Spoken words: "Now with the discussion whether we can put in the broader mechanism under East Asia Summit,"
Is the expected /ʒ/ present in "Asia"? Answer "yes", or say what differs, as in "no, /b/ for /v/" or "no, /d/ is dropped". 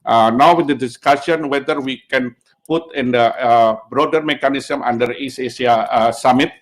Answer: no, /s/ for /ʒ/